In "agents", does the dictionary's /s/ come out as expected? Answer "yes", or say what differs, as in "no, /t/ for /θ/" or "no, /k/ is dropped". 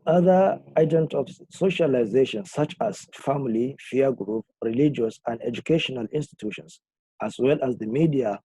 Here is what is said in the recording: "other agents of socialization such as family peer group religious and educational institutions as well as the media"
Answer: no, /s/ is dropped